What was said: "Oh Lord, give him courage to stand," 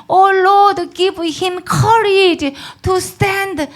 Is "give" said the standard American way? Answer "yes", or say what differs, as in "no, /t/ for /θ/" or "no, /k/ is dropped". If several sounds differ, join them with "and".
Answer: no, /p/ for /v/